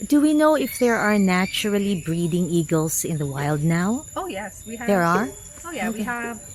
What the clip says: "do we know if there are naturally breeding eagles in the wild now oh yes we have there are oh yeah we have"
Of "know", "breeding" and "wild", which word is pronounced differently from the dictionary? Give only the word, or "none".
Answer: none